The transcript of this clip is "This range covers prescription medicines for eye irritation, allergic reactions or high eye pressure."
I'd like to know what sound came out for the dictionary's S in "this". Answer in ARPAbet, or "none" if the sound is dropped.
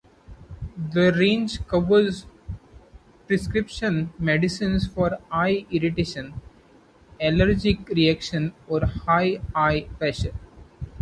none